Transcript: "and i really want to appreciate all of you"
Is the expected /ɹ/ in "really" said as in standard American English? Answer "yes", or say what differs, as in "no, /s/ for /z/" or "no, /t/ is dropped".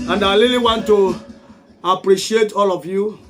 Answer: no, /l/ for /ɹ/